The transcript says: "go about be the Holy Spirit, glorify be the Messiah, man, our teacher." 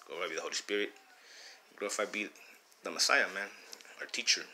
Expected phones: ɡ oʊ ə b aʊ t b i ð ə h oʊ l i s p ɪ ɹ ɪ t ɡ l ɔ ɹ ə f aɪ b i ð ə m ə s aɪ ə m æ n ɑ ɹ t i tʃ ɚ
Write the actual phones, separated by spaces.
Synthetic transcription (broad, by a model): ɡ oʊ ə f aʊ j b i ð ə h oʊ l i s p ɪ ɹ ɪ t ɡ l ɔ ə f aɪ b i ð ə m ə s aɪ ə m æ n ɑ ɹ t i tʃ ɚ